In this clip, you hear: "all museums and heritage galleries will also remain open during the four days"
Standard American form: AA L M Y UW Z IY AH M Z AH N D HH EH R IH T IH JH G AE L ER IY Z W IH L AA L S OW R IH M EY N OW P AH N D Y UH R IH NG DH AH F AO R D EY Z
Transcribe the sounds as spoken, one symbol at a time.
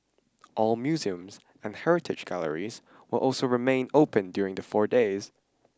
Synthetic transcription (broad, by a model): AA L M Y UW Z IY AH M Z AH N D HH EH R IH T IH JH G AE L ER IY Z W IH L AA L S OW R IH M EY N OW P AH N D Y UH R IH NG DH AH F AO R D EY Z